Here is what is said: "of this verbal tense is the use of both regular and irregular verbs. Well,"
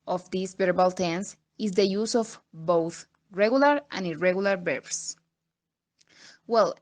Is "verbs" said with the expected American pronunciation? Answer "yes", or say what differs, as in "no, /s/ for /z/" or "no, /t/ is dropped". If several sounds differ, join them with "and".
no, /b/ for /v/ and /s/ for /z/